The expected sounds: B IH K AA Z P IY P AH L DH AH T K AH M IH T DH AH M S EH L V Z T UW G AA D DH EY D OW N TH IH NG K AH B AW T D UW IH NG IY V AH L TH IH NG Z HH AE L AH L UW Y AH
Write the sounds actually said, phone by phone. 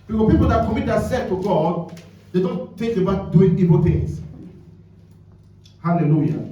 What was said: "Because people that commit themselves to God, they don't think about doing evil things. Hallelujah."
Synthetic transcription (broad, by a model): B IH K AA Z P IY P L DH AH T K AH M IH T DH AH S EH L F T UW G AA D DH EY D OW N T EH K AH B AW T D UW IH NG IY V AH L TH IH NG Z HH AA L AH L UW Y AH